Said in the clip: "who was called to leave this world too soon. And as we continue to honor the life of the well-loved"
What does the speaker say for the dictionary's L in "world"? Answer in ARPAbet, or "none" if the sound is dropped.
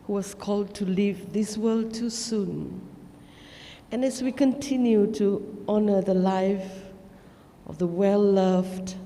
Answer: L